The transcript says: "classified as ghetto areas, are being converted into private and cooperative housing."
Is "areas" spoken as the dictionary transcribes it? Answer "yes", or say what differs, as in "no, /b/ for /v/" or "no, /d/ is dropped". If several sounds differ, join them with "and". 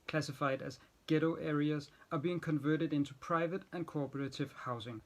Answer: yes